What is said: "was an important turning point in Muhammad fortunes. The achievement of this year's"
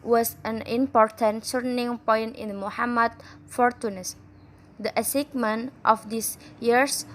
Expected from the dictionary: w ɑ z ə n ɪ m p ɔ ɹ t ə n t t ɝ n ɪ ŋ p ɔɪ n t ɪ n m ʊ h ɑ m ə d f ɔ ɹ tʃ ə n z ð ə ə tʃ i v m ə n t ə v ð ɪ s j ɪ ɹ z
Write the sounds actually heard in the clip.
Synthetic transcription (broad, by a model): w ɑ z ə n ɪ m p ɔ ɹ t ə n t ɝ n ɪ ŋ p ɔɪ n t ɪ n m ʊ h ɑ m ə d f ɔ ɹ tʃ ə n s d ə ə s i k m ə n t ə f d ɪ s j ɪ ɹ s